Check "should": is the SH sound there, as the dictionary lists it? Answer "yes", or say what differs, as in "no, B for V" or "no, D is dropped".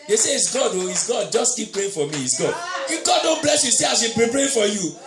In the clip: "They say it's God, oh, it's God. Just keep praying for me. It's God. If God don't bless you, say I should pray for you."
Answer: no, S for SH